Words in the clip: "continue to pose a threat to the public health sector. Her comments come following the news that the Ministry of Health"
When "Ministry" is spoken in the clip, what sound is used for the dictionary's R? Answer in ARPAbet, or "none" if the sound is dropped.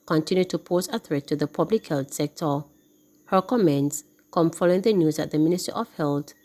none